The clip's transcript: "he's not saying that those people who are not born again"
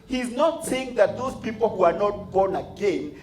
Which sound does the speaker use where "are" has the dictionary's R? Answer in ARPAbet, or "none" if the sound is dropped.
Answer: R